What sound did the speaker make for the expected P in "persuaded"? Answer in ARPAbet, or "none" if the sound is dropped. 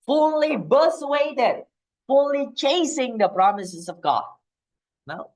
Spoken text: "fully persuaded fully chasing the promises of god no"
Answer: B